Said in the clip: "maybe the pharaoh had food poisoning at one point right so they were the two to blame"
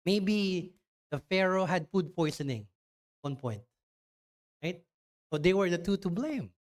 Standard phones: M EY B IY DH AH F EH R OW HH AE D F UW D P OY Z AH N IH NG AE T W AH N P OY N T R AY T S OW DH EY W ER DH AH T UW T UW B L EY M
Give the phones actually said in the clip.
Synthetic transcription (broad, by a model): M EY B IY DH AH F EH R OW HH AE D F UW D P OY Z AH N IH NG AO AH N P OY N T R AY T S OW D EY W ER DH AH T UW T UW B L EY M